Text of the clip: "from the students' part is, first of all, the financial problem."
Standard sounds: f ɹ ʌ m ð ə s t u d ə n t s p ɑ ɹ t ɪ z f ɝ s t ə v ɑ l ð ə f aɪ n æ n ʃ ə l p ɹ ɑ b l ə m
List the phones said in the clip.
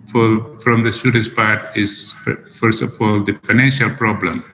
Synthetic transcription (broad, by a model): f ɹ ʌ m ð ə s t u d ə n t s p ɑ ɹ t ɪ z f ɝ s t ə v ɑ l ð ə f aɪ n æ n ʃ ə l p ɹ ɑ b l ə m